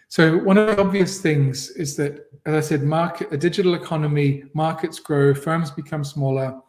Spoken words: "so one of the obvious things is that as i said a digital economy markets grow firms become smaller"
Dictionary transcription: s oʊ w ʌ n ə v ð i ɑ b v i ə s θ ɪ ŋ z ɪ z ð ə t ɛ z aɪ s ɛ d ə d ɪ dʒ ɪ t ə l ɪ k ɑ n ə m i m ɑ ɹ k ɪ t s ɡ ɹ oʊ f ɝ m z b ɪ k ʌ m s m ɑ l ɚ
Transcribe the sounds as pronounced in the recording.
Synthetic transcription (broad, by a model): s oʊ w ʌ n ə v ð i ɑ b v i ə s θ ɪ ŋ z ɪ z ð ə t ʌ z aɪ s ɛ d ə d ɪ dʒ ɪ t l ɪ k ɑ n ə m i m ɑ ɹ k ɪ t s ɡ ɹ oʊ f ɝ m z b ɪ k ʌ m s m ɑ l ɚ